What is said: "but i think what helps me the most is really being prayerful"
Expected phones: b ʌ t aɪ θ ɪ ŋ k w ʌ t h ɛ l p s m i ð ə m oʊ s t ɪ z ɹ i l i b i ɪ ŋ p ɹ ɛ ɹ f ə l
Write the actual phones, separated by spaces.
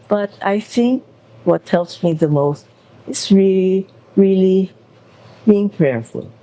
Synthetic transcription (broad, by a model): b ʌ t aɪ θ ɪ ŋ k w ʌ t ɛ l s m i ð ə m oʊ s t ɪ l ɹ i l i b i ɪ ŋ p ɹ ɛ ɹ f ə l